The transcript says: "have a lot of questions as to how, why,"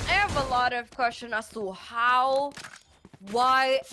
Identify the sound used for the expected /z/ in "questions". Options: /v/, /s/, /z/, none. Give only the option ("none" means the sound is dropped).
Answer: none